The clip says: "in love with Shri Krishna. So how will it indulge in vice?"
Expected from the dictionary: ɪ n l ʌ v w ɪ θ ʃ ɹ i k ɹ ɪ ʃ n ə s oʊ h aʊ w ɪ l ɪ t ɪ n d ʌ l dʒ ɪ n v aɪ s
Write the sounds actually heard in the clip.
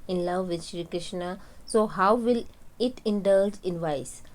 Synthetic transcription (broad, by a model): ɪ n l ʌ v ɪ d ʃ ɹ i k ɹ ɪ ʃ n ə s oʊ h aʊ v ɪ l ɪ t ɪ n d ʌ l dʒ ɪ n v aɪ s